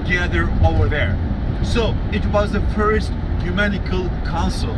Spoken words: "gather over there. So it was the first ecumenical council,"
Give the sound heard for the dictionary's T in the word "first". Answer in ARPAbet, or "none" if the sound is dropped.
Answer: T